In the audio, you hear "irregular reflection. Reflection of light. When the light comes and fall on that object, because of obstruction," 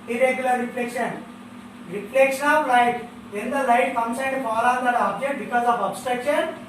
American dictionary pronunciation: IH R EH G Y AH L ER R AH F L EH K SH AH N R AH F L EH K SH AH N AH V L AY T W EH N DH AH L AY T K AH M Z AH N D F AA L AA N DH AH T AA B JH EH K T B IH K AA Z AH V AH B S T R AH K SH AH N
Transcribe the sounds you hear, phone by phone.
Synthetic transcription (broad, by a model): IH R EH G Y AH L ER R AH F L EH K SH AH N R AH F L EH K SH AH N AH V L AY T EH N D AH L AY T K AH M S AH N D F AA L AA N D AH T AA B JH EH K T B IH K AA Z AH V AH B S T R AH K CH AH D